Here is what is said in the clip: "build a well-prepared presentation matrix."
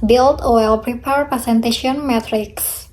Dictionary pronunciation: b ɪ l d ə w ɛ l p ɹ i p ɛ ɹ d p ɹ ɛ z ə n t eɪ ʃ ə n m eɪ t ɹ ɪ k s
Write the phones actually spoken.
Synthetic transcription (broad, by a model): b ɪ l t ə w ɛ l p ɹ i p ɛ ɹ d p ɛ s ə n t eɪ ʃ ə n m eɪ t ɹ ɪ k s